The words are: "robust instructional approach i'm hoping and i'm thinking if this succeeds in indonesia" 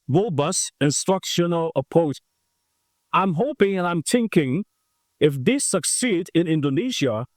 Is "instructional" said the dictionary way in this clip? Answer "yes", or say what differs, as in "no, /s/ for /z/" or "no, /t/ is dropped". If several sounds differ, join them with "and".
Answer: yes